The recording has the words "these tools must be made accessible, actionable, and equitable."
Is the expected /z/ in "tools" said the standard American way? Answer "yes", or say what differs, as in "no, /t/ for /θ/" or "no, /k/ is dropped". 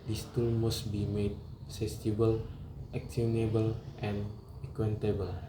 no, /z/ is dropped